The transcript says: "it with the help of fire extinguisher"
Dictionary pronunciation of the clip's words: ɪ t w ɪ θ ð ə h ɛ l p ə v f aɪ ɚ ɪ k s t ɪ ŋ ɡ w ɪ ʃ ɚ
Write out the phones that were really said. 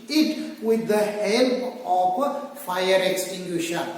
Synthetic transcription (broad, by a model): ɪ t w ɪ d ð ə h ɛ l ə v f aɪ ɚ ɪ k s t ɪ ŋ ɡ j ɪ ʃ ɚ